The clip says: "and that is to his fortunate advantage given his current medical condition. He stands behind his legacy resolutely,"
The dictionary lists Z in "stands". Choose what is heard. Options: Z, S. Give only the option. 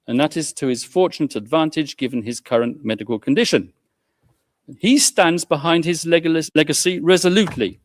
Z